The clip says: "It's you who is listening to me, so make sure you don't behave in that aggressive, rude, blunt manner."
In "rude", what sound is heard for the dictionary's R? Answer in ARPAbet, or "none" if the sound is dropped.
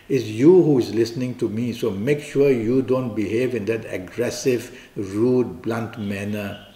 R